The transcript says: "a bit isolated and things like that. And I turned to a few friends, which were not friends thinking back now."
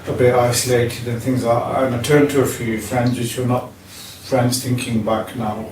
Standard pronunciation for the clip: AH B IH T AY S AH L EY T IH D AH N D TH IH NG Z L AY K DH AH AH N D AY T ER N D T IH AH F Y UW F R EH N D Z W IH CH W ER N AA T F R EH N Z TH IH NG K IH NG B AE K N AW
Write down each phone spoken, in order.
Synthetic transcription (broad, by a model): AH B IH T AY S AH L EY T IH D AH N TH IH NG Z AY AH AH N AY T ER N T IH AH F Y UW F R EH N D Z W IH CH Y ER N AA T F R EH N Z TH IH NG K IH NG B AE K N AW